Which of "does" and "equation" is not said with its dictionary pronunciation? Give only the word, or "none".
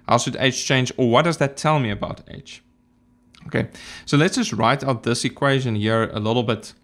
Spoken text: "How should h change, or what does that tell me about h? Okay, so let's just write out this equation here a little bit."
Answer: none